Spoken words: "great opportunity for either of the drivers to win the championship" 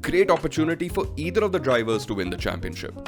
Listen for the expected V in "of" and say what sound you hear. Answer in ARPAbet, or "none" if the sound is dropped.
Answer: V